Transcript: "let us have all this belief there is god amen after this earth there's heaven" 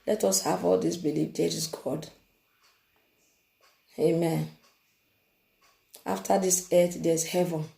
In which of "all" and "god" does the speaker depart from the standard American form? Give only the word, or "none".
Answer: none